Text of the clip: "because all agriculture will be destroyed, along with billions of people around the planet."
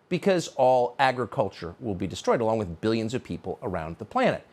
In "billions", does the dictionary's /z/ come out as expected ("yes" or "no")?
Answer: yes